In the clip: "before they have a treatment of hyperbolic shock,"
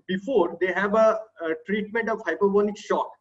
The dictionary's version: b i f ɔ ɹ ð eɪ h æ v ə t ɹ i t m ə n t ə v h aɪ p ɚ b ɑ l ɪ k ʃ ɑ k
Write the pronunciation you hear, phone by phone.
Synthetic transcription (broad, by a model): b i f ɔ ɹ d eɪ h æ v ə t ɹ i t m ə n t ə v h aɪ p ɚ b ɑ n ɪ k ʃ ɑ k